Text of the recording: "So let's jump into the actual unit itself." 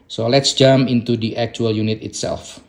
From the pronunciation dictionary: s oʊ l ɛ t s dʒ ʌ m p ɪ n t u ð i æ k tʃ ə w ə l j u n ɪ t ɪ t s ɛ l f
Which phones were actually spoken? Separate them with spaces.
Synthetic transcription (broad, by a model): s oʊ l ɛ t s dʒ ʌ m ɪ n t u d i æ k tʃ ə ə l j u n ɪ t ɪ t s ɛ l f